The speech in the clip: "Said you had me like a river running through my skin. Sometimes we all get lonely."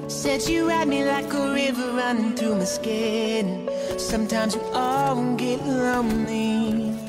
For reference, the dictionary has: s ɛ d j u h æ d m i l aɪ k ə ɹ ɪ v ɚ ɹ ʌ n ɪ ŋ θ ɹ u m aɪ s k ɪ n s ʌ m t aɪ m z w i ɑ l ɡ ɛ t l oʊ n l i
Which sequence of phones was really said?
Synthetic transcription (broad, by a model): s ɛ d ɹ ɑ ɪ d m i l aɪ k ə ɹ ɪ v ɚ ɹ ʌ n ɪ ŋ θ ɹ u m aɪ s k ɪ n s ʌ m t aɪ m z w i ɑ n ɡ ɛ t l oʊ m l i